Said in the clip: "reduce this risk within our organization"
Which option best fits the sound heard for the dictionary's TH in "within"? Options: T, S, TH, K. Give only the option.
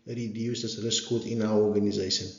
T